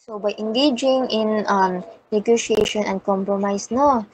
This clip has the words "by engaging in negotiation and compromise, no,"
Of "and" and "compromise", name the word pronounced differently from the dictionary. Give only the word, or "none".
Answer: compromise